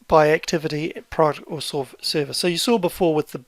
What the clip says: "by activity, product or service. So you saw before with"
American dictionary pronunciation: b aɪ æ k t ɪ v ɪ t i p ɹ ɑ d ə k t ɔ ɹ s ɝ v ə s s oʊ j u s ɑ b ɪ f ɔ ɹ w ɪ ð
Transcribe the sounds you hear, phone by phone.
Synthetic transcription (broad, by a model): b aɪ æ k t ɪ v ɪ t i p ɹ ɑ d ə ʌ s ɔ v s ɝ v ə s s oʊ j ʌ s ɑ b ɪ f ɔ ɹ w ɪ ð